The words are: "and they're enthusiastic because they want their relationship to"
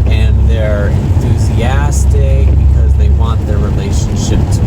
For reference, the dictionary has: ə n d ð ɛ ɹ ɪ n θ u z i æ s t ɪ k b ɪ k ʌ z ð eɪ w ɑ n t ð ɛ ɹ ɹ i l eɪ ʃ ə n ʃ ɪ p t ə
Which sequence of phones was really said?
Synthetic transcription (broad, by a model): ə n ð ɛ ɹ ɪ n θ u z i æ s t ɪ k b ɪ k ʌ z ð eɪ w ɑ n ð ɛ ɹ ɹ i l eɪ ʃ ə n ʃ ɪ p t